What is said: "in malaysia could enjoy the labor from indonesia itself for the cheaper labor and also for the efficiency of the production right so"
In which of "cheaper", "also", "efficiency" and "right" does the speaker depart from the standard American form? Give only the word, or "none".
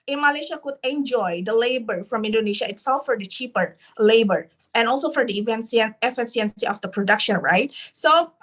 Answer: efficiency